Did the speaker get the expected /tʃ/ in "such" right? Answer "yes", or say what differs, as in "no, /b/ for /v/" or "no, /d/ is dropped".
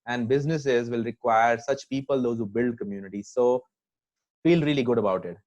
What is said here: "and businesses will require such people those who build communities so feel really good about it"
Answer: yes